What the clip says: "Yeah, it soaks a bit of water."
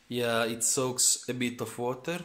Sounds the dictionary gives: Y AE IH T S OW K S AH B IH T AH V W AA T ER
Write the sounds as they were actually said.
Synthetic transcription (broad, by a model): Y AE IH T S OW K S AH B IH T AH F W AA T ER